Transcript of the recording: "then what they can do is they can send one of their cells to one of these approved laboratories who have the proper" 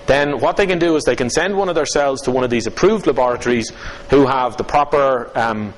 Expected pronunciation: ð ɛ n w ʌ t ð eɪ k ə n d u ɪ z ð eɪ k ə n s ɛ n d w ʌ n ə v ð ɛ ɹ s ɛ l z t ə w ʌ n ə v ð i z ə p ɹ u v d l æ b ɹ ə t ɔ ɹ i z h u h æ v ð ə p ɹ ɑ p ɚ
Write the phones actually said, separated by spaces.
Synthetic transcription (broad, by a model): ð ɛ n w ʌ t ð eɪ k ə n d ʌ ɪ z ð eɪ k ə n s ɛ n d w ʌ n ə v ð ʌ ɹ s ɛ l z t ə w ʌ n ə v ð i z ə p ɹ u v d l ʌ b ɹ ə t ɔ ɹ i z h u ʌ v ð ə p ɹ ɑ p ɚ